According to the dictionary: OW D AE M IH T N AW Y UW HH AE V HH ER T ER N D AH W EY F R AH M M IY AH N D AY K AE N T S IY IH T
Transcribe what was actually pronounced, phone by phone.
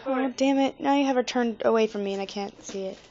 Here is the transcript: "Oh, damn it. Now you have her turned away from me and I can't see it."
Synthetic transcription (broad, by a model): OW D AE M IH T N AW Y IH HH AE V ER T ER N D AH W EY F R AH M M IY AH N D AY K AE N T S IY IH T